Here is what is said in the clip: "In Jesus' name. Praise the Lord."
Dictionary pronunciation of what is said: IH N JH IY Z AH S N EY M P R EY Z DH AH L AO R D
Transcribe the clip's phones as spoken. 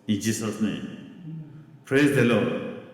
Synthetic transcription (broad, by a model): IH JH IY S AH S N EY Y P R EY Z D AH L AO